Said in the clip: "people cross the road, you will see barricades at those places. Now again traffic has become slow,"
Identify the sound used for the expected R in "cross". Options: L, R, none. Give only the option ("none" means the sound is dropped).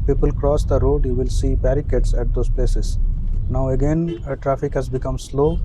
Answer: R